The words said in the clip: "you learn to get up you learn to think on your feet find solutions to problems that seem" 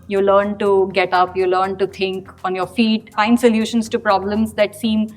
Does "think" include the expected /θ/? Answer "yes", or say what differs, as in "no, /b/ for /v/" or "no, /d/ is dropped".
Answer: no, /t/ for /θ/